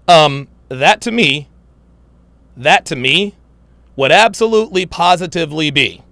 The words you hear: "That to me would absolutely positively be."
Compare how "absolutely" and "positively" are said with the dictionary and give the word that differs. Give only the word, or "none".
none